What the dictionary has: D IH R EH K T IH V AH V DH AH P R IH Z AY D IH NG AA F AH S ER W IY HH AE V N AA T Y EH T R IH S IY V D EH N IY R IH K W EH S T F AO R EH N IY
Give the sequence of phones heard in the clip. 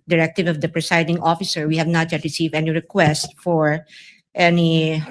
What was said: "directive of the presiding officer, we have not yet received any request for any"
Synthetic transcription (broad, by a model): D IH R EH K T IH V AH V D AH P R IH S AY D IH NG AA F AH S ER W IY HH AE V N AA T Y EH T R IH S IY V EH N IY R IH K W EH S T F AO R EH N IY